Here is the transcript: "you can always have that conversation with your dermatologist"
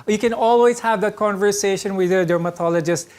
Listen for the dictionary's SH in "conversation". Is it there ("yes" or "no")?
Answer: yes